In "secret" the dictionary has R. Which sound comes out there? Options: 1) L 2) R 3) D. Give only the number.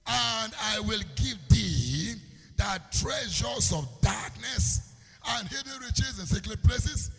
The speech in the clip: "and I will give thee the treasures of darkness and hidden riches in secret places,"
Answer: 1